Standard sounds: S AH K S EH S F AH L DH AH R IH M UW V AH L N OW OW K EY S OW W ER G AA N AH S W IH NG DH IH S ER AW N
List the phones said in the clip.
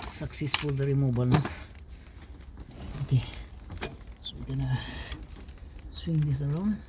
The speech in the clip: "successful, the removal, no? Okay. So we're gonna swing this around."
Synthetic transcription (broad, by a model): S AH K S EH S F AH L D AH R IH M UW B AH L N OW OW K EY S OW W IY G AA N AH S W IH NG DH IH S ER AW N